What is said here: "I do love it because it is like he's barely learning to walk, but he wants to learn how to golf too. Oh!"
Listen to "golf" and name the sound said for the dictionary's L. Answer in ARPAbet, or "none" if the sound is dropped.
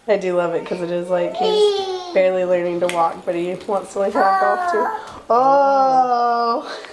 none